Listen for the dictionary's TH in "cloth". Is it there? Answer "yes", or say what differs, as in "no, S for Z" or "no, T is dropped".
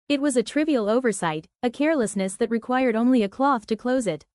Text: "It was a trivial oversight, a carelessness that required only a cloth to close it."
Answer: yes